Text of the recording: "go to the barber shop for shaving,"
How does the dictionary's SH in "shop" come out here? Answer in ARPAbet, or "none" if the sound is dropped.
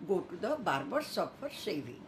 S